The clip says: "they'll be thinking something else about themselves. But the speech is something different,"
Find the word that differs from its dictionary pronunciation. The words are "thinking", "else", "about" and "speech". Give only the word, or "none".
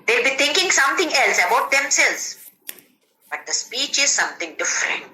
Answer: thinking